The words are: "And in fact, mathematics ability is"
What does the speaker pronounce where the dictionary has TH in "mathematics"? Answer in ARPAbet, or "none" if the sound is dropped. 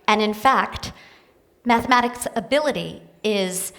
TH